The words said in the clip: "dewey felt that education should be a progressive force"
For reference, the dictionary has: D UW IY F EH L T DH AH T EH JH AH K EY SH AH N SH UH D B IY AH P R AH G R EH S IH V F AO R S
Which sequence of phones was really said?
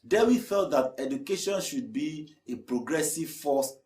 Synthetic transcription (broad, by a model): D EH IY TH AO T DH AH T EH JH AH K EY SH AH N SH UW D B IY AH P R AH G R EH S IH V F AO S